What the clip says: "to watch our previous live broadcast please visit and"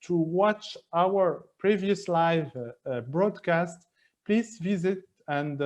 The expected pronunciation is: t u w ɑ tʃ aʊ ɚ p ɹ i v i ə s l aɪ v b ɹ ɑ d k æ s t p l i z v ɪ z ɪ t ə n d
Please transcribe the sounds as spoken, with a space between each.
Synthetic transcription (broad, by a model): t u w ɑ tʃ aʊ ɚ p ɹ i v i ə s l aɪ v b ɹ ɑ d k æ s t p l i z v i z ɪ t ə n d